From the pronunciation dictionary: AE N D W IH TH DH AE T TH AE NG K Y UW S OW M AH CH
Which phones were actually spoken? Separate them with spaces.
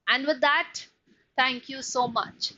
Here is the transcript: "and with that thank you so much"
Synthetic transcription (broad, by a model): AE N D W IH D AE T T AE NG K Y UW S OW M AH CH